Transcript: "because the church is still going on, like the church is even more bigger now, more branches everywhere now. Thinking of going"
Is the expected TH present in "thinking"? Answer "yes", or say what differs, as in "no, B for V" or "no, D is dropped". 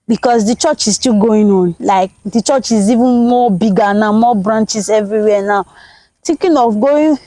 no, T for TH